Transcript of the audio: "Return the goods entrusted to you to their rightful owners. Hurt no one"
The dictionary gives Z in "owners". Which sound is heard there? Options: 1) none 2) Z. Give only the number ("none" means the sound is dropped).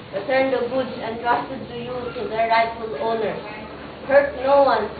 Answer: 1